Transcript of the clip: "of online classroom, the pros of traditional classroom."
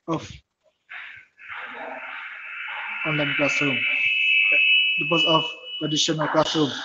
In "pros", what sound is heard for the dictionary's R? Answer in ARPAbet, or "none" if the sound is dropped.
none